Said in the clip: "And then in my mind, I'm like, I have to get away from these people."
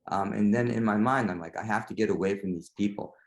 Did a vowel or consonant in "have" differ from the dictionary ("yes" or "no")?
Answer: yes